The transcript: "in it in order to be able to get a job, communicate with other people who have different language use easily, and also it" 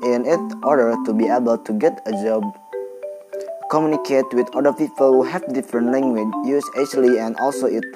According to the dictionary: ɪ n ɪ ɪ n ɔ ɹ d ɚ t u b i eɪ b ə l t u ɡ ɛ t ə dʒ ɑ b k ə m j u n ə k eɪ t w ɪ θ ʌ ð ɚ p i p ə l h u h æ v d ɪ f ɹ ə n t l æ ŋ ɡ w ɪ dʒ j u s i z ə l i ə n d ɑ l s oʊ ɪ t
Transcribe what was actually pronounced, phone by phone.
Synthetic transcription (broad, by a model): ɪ n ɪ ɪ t ɔ ɹ d ɚ t u b i eɪ b ə l t u ɡ ɛ t ə dʒ ɑ b k ə m j u n ə k eɪ t w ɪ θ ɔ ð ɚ p i p ə l h u h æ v d ɪ f ɹ ə n t l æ ŋ ɡ w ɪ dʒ j u s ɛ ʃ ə l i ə n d ɑ l s oʊ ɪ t